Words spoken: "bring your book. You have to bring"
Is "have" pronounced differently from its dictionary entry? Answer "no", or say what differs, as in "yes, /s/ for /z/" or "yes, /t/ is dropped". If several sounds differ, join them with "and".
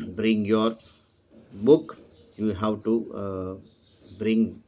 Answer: yes, /w/ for /v/